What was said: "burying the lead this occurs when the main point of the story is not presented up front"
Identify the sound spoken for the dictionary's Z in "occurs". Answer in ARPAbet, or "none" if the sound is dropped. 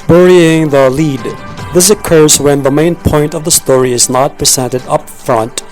Z